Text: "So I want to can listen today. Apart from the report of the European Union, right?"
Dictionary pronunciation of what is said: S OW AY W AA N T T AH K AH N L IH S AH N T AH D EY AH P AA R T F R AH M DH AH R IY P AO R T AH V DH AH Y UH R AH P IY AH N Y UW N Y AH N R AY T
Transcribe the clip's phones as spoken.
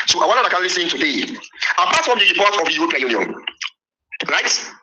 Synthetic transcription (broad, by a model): S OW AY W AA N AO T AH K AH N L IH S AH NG T AH D EY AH P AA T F R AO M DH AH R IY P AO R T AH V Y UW AH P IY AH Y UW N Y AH N R AY T